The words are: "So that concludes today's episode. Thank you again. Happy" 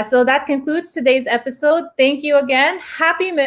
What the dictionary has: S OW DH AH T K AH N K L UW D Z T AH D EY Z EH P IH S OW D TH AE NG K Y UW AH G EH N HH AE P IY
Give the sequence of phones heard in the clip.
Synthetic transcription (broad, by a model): S OW DH AH T K AH N K L UW D Z T AH D EY Z EH P IH S OW D TH AE NG K Y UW AH G EH N HH AE P IY